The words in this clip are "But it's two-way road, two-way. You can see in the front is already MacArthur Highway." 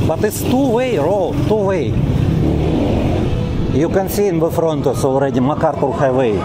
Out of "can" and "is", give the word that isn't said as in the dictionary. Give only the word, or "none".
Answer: is